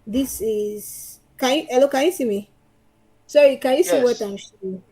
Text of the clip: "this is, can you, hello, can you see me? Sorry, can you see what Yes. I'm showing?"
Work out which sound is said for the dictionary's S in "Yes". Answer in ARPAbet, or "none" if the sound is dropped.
none